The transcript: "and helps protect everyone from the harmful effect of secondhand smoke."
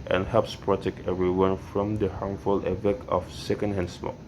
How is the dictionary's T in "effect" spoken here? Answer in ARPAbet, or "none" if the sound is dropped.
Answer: none